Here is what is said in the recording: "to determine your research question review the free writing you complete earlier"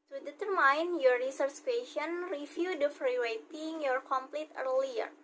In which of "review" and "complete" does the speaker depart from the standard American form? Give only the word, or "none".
review